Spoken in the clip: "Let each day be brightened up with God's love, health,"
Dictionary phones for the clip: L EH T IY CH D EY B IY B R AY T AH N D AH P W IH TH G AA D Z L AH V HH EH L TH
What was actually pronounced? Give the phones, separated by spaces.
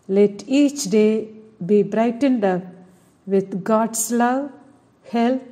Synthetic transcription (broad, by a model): L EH T IY CH D EY B IY B R AY T AH N D AH P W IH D G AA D S L AH V HH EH L